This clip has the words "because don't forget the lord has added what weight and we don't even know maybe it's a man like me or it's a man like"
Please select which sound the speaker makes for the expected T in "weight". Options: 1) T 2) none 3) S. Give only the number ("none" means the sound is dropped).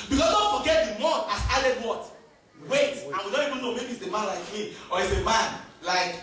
1